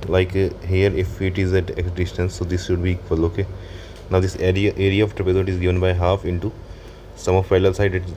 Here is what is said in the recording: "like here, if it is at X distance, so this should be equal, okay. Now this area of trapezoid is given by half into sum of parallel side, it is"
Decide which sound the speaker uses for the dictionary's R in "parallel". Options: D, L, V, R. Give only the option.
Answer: L